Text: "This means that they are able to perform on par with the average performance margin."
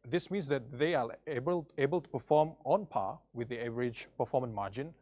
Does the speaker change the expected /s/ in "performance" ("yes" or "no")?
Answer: yes